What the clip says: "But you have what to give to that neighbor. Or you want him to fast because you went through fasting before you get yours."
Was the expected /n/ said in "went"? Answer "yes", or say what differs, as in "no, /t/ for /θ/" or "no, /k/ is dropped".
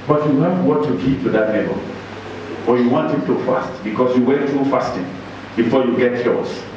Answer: no, /n/ is dropped